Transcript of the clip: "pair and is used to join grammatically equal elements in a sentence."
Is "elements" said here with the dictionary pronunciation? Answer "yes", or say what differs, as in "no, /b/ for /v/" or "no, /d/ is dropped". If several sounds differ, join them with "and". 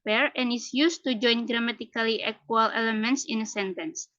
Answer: yes